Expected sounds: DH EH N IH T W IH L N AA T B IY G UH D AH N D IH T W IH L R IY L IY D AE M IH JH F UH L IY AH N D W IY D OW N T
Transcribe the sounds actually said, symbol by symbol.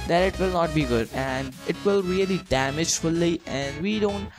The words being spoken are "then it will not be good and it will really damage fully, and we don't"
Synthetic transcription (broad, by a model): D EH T IH T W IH L N AA T B IY G UH D AH N D IH T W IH L R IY L IY D AE M IH JH F UH L IY AH N D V IY D OW N T